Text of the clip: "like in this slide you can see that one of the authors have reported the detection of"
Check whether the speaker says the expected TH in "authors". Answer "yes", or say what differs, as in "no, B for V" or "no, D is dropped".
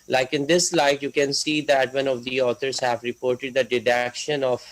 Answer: no, T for TH